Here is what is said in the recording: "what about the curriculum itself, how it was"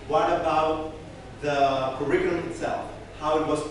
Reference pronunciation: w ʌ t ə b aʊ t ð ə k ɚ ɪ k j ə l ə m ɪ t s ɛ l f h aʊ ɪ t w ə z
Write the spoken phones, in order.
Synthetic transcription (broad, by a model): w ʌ t ə b aʊ t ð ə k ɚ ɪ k j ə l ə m ɪ t s ɛ l f h aʊ ɪ t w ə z